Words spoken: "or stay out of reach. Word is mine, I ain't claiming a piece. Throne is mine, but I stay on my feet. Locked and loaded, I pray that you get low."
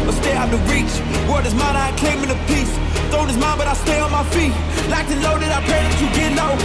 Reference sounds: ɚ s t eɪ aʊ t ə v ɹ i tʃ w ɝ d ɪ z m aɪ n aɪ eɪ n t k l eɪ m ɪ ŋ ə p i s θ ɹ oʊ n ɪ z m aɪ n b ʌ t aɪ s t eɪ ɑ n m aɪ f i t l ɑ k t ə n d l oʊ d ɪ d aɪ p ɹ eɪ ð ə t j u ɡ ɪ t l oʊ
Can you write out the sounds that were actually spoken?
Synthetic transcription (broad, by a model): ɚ s t eɪ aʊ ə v ɹ i tʃ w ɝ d ɪ z m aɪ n aɪ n k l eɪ m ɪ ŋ ə p i s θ oʊ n ɪ z m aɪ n b ʌ t aɪ s t eɪ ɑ n m aɪ f i t l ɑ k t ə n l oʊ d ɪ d aɪ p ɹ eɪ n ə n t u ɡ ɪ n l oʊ